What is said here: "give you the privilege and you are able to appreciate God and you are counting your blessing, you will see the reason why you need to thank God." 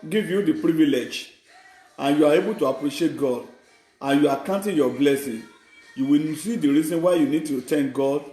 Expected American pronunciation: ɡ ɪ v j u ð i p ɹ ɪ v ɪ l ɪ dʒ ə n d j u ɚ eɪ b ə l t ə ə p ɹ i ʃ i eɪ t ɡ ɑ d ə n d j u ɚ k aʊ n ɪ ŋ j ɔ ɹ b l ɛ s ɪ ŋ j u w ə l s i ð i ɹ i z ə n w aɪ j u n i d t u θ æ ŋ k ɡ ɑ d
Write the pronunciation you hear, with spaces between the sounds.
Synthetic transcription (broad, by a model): ɡ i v j u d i p ɹ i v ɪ l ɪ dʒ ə n j u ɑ eɪ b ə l t ə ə p ɹ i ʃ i eɪ t ɡ ɑ d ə n j u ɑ k aʊ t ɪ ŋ j ɔ b l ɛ s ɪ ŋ j u w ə n s i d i ɹ i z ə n w aɪ j u n i d t u t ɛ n ɡ ɑ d